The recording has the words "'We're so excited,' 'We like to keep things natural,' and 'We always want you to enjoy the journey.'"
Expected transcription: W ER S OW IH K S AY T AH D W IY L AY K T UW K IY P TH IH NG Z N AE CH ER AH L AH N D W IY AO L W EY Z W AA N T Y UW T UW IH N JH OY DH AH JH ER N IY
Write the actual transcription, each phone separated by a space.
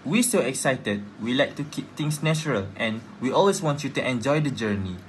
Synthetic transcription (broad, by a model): W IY S OW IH K S AY T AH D W IY L AY K T UW K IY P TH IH NG S N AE CH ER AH L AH N W IY AO L W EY S W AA N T Y UW T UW IH N JH OY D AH JH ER N IY